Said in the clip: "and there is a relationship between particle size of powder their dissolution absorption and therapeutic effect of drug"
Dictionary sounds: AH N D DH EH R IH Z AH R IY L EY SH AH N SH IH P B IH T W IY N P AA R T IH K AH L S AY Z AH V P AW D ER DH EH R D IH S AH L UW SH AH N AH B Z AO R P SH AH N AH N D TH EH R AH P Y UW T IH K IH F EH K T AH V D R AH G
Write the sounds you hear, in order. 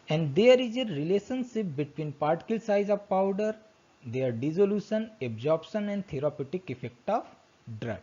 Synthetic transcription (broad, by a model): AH N D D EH R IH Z AH R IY L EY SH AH N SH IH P B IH T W IY N P AA R T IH K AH L S AY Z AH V P AW D ER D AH R D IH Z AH L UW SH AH N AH B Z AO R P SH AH N AH N D T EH R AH P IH T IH K IH F EH K T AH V D R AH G